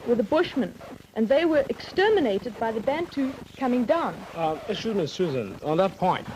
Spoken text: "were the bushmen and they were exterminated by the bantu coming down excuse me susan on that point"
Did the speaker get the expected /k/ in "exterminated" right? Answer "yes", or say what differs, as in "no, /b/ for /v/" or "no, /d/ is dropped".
yes